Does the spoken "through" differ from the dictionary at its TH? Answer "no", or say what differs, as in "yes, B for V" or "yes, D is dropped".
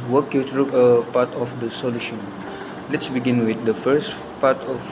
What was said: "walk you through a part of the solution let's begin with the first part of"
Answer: yes, T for TH